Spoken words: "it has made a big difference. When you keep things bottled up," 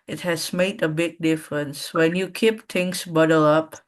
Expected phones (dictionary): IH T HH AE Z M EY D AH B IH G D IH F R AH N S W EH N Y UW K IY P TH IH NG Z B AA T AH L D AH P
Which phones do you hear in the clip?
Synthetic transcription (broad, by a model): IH T HH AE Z M EY D AH B IH G D IH F R AH N S W EH N Y UW K IY P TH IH NG S B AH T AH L AH P